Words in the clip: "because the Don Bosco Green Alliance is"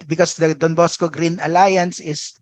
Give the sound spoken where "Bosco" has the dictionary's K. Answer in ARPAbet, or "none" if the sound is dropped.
K